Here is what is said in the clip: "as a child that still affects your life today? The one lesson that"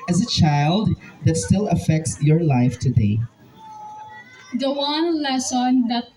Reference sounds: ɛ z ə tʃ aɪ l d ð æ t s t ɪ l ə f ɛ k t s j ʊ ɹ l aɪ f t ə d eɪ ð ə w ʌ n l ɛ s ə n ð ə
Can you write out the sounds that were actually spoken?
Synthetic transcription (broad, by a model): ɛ z ə tʃ aɪ l d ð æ t s t ɪ l ə f ɛ k t s j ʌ ɹ l aɪ f t ə d eɪ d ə w ʌ n l ɛ s ə n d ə